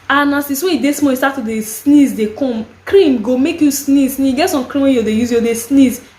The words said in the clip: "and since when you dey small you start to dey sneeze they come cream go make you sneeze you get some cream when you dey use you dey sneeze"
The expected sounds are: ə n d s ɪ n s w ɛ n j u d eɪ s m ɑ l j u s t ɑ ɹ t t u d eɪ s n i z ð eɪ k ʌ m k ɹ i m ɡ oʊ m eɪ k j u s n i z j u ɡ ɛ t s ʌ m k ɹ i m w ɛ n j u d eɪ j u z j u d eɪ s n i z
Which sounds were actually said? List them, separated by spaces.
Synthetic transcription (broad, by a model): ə n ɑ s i s w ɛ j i d eɪ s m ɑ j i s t ɑ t t u d eɪ s n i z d eɪ k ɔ m k ɹ i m ɡ oʊ m eɪ k j u s n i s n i ɡ ɛ t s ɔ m k ɹ i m w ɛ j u d eɪ j u z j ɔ d eɪ s n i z